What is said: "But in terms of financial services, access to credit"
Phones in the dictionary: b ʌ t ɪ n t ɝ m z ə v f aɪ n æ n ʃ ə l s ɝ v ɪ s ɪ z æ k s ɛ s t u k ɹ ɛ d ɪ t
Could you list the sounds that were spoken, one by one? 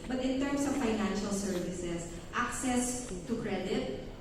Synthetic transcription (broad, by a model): b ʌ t ɪ n t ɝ m s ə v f aɪ n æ n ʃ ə l s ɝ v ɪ s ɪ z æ k s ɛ s t u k ɹ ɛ d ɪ t